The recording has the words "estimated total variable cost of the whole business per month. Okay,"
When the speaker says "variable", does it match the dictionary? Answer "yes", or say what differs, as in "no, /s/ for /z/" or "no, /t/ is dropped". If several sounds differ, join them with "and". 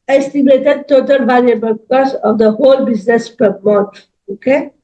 no, /l/ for /ɹ/